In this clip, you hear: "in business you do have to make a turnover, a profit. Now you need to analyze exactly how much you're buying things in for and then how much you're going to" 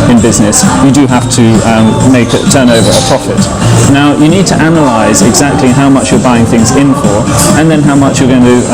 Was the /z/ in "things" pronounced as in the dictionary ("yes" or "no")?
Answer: yes